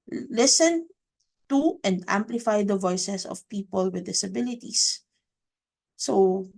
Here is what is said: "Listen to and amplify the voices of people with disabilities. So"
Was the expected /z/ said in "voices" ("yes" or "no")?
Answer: no